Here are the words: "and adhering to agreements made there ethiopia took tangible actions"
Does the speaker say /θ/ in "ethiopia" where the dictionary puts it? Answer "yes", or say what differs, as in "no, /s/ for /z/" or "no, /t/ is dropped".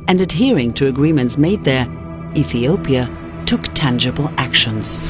yes